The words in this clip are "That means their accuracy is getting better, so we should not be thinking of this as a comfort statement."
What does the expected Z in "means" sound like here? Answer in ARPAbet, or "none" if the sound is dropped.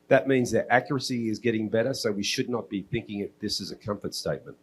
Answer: Z